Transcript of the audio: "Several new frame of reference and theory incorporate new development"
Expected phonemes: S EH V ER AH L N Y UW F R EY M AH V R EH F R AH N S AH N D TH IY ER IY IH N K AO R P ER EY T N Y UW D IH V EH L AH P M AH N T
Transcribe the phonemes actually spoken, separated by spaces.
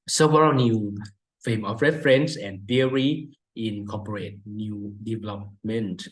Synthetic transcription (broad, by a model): S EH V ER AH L N Y UW F EY M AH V R EH F R AH N S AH N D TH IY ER IY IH N K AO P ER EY T N Y UW D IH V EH L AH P M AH N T